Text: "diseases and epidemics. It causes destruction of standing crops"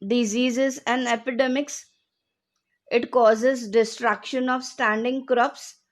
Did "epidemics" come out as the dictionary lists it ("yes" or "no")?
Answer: yes